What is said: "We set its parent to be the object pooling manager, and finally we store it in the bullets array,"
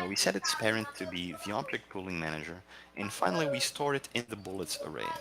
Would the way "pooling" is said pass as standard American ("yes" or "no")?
yes